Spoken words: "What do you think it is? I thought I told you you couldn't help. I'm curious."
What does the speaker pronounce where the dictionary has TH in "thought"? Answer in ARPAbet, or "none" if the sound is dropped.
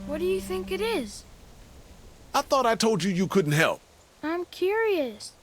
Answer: TH